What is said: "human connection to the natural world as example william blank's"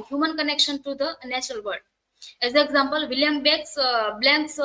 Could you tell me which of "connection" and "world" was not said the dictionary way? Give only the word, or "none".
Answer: world